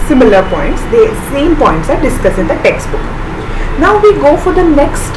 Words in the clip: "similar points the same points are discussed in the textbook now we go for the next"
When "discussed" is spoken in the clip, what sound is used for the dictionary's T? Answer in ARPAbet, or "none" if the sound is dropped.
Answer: none